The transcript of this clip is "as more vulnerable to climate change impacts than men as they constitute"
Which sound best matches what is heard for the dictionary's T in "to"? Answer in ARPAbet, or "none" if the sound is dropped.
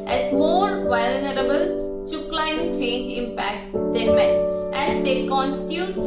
S